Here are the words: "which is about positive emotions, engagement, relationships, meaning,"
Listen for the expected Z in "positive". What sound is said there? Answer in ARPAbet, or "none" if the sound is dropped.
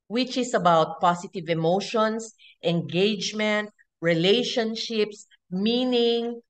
S